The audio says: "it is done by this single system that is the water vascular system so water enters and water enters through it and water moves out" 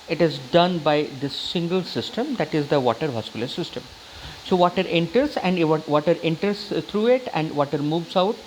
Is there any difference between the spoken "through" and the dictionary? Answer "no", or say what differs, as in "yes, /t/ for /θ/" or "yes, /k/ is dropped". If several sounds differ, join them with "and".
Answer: yes, /t/ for /θ/